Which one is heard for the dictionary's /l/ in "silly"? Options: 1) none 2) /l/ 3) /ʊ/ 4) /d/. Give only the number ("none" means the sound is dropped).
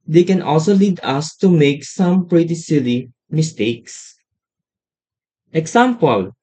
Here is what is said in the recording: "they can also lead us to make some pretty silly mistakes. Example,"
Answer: 2